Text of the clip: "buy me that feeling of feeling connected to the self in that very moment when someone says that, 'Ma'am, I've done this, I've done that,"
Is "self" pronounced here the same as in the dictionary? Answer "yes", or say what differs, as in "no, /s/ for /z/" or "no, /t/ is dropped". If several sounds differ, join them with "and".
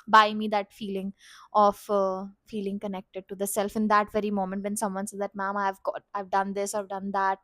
yes